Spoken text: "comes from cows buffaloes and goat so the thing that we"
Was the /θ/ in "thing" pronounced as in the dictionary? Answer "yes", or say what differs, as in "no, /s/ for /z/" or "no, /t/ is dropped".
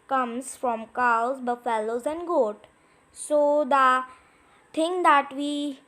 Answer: no, /t/ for /θ/